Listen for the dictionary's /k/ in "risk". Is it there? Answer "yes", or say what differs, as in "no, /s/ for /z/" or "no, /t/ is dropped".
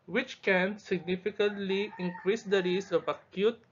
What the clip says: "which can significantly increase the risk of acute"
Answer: no, /k/ is dropped